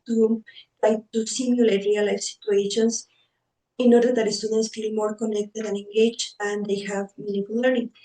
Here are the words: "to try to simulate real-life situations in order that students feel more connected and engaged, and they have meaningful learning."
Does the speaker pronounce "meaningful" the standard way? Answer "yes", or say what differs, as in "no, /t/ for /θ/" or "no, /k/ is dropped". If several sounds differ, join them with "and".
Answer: no, /ŋ/ is dropped